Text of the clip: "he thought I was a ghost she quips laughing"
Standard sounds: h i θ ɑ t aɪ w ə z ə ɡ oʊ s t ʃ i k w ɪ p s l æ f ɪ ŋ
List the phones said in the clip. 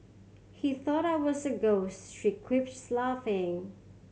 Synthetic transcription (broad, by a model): h i θ ɑ t aɪ w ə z ə ɡ oʊ s t ʃ i k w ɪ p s l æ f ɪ ŋ